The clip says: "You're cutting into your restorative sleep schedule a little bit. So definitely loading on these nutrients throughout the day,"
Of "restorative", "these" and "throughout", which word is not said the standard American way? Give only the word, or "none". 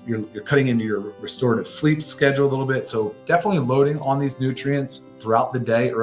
none